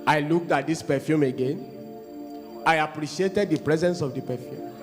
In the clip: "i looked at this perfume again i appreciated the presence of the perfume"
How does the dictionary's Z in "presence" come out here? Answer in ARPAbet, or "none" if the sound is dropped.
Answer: Z